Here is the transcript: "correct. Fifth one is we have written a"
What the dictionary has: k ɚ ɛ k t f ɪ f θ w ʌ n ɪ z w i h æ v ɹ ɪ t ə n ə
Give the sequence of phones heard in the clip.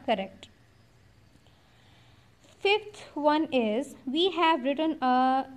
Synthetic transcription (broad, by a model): k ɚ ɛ k t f ɪ f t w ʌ n ɪ z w i h æ v ɹ ɪ t ə n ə